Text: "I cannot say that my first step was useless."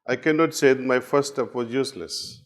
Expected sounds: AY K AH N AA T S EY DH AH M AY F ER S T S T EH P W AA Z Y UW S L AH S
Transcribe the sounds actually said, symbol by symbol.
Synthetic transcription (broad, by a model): AY K AH N AA T S EY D M AY F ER T S T EH P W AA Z Y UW S L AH S